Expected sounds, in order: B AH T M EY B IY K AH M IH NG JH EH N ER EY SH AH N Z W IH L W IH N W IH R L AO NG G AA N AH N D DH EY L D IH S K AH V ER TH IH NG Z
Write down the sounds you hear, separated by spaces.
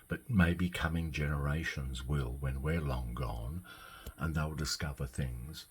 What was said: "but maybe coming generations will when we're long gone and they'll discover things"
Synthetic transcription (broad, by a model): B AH T M EY B IY K AH M IH NG JH EH N ER EY SH AH N Z W IH L W IH N W IH R L AO NG G AA N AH N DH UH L D IH S K AH V ER TH IH NG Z